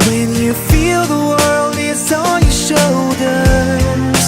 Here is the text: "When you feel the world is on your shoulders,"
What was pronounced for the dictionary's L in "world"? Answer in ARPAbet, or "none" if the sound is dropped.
L